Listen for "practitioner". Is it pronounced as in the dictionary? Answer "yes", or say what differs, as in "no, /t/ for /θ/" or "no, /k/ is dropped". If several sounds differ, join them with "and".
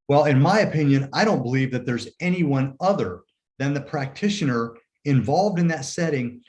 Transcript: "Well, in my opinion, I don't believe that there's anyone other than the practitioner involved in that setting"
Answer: yes